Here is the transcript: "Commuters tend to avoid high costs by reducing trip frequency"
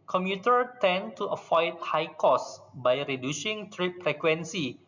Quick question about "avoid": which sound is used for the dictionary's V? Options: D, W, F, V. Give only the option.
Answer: F